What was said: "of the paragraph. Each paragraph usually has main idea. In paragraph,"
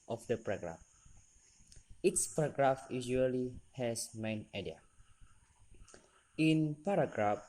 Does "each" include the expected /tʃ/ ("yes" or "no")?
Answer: no